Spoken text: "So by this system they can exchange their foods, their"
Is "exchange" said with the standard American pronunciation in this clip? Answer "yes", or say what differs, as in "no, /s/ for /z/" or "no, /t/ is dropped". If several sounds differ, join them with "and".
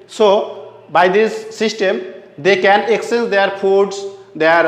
no, /tʃ/ is dropped